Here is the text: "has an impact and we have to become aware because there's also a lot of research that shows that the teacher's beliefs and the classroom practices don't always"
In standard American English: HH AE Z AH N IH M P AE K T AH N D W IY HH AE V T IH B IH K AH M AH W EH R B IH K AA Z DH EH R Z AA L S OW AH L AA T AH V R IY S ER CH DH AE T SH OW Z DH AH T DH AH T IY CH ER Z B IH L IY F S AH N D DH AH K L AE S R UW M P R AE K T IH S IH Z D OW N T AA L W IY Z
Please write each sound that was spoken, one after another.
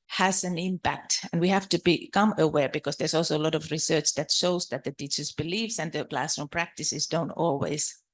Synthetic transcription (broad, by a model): HH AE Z AH N IH M P AE K T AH N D W IY HH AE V T IH B IH K AH M AH W EH R B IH K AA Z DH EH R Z AA L S OW AH L AA T AH V R IY S ER CH DH AE T SH OW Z DH AH T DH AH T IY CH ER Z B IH L IY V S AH N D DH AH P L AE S AH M P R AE K T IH S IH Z D OW N T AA L W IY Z